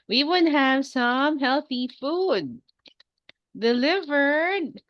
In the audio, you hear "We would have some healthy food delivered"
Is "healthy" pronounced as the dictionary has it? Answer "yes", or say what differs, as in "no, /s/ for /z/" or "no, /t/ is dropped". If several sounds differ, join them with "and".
yes